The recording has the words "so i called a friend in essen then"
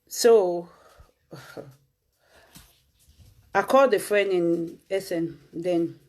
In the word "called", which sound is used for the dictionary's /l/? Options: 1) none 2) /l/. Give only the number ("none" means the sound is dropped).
1